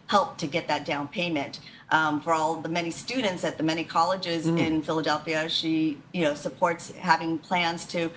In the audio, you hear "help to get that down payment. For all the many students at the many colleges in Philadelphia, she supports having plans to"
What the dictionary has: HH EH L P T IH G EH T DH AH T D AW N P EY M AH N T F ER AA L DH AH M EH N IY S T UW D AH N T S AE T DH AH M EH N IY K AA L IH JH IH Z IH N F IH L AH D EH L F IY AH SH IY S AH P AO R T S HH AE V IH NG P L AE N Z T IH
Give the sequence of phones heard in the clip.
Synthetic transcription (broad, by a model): HH EH L P T IH G EH T DH AH T D AW N P EY M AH N T F ER AA L DH AH M EH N IY S T UW D N T S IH T DH AH M EH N IY K AA L IH JH IH Z IH N F IH L AH D EH L F IY AH SH IY S AH P AO R T S HH AE V IH NG P L AE N Z T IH